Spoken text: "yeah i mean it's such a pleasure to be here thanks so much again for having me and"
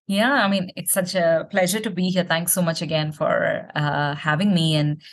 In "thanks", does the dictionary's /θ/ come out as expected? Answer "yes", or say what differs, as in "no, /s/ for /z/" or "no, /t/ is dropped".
no, /t/ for /θ/